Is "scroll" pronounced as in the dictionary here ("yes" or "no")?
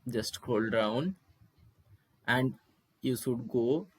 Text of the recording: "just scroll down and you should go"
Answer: no